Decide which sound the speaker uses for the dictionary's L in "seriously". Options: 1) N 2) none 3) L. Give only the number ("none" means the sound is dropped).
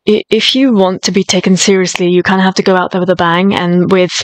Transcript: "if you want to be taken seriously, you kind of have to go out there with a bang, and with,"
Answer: 3